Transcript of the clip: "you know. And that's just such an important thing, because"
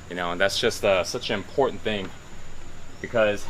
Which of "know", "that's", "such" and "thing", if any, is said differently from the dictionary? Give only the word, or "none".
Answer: none